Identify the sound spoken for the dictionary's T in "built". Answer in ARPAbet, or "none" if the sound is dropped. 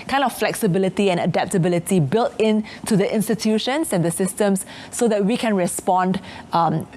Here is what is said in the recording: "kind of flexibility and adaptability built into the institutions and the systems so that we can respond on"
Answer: T